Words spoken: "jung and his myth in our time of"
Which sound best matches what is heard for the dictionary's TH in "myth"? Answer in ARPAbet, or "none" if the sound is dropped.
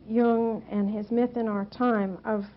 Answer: TH